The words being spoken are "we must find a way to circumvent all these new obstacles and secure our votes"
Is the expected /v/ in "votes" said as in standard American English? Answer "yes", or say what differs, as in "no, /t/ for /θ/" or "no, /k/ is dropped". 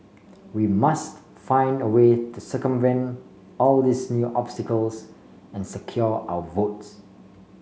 yes